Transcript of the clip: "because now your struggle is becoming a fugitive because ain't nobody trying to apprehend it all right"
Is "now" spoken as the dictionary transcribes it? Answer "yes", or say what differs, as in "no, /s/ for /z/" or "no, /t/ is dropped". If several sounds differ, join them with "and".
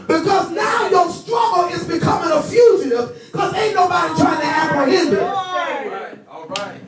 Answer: yes